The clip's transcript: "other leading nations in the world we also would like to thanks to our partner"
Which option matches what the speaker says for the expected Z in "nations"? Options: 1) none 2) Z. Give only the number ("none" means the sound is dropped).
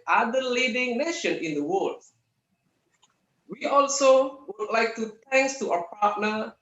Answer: 1